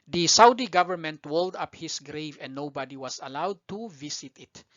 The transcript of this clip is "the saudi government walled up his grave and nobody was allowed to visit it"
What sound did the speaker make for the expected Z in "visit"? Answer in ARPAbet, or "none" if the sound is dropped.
S